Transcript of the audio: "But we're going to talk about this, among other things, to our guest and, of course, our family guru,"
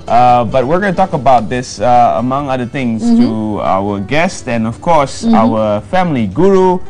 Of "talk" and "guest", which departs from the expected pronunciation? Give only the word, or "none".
none